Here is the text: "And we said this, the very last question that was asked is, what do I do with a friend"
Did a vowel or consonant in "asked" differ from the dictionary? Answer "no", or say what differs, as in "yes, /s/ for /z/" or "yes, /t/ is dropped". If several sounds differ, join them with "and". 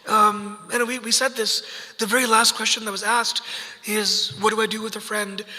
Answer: no